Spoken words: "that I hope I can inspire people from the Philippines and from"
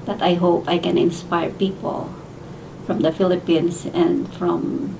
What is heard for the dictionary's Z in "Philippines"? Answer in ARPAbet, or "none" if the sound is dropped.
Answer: S